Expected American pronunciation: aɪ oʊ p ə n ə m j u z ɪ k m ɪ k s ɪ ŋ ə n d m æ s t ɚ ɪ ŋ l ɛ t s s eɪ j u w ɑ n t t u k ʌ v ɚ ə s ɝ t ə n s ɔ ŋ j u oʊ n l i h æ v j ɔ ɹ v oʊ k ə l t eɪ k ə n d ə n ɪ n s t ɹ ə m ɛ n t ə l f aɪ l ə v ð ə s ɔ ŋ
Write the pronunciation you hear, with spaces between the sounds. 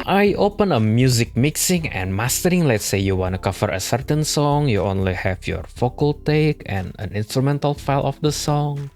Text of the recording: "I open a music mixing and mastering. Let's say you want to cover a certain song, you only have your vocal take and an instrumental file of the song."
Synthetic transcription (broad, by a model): aɪ oʊ p ə n ə m j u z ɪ k m ɪ k s ɪ ŋ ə n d m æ s t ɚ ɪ ŋ l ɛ t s s eɪ j u w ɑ n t t u k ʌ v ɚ ə s ɝ t ə n s ɔ ŋ j u oʊ n l i h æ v j ɔ ɹ f oʊ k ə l t eɪ k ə n ə n ɪ n s t ɹ ə m ɛ n t ə l f aɪ l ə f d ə s ɔ ŋ